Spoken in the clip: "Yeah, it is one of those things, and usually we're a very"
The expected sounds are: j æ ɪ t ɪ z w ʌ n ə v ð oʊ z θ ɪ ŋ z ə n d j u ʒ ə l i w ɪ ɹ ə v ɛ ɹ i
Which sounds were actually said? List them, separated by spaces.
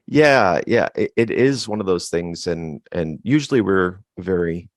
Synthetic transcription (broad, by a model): j æ ɪ t ɪ z w ʌ n ə v ð oʊ z θ ɪ ŋ z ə n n j u ʒ l i w ɪ ɹ v ɛ ɹ i